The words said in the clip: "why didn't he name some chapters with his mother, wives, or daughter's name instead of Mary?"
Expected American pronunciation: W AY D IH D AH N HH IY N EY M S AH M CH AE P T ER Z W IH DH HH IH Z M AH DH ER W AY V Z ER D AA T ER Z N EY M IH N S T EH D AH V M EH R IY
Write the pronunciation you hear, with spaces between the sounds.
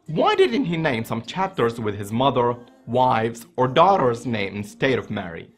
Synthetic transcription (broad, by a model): W AY D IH D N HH IY N EY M S AH M CH AE P T ER Z W IH DH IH Z M AH DH ER W AY V Z ER D AA T ER Z N EY M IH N S T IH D AH V M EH R IY